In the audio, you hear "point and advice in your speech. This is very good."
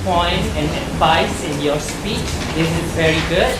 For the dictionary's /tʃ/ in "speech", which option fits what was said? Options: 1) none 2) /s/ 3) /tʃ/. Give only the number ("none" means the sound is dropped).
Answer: 3